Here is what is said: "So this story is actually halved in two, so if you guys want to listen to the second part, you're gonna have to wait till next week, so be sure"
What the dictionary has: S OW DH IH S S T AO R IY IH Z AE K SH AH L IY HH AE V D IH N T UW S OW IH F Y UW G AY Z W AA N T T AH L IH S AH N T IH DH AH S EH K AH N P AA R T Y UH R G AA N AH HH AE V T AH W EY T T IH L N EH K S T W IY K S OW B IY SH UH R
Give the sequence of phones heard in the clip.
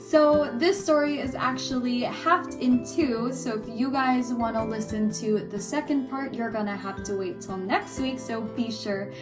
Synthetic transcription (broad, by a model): S OW DH IH S S T AO R IY IH Z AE K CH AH L IY HH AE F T IH N T UW S OW IH F Y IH G AY Z W AA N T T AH L IH S AH N T IH DH AH S EH K AH N P AA R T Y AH R G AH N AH HH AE F T AH W EY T T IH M N EH K S T W IY K S OW B IY SH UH R